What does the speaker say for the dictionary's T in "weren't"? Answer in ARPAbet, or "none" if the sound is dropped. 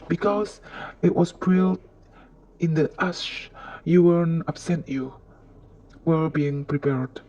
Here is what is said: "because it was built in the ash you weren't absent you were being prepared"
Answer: none